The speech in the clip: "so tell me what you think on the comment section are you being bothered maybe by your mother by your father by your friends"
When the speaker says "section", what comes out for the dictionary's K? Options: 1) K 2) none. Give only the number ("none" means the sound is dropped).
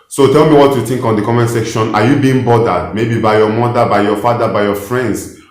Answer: 1